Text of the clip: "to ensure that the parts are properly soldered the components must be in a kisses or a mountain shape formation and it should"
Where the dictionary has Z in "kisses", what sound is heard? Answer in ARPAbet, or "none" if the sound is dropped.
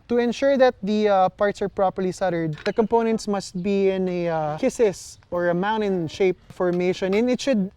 S